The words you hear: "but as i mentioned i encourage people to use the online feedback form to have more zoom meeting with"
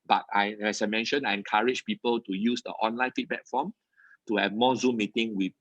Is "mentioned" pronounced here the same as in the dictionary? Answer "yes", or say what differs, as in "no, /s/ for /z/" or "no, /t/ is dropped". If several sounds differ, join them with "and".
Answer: no, /d/ is dropped